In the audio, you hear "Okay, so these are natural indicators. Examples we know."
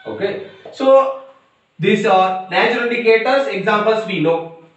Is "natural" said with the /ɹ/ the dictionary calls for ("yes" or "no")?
no